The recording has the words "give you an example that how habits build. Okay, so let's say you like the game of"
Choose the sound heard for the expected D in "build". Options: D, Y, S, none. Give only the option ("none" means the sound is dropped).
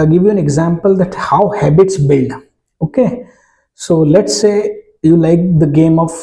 none